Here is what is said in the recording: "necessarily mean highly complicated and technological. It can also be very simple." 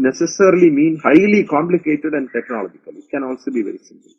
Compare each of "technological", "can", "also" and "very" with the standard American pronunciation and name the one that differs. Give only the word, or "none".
very